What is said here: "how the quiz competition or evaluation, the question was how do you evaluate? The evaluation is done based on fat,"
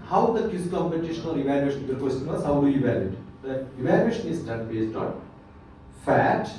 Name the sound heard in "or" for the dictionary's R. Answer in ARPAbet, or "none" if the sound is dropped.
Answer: L